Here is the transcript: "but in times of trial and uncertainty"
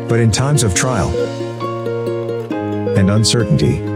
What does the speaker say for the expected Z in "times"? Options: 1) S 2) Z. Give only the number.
2